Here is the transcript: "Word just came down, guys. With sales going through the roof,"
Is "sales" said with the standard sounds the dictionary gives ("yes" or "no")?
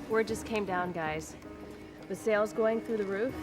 yes